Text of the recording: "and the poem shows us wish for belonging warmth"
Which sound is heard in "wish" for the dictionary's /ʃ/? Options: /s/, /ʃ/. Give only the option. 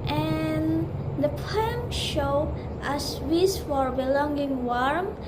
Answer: /s/